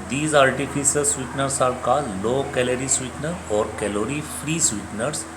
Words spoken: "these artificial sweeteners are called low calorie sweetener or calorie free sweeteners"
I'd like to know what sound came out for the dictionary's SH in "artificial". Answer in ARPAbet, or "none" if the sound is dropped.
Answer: S